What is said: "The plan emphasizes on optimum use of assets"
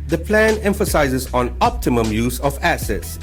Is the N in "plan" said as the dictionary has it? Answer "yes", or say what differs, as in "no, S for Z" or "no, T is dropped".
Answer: yes